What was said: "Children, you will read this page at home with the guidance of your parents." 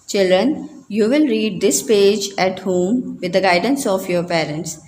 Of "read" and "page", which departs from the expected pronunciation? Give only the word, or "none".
none